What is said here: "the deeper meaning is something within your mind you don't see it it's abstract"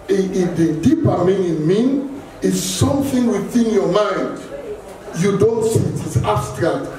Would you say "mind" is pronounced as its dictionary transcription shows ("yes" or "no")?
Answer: yes